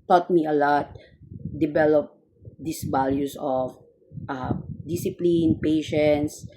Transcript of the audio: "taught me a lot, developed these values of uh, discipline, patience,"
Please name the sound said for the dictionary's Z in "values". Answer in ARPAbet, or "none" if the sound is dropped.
S